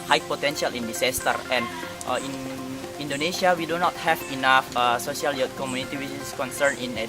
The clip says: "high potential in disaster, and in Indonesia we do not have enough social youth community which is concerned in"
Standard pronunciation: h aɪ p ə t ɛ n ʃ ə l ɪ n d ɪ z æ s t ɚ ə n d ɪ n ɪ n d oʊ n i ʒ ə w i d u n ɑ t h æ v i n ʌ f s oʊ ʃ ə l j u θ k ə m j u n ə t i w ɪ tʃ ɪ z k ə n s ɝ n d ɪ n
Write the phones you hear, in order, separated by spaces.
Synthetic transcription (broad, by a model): h aɪ p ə t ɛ n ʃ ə l ɪ n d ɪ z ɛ s t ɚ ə n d ɪ n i n d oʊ n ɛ s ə w i d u n ɑ t h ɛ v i n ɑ f s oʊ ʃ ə l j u t k ə m j u n ə t i w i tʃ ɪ s k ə n s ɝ n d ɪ n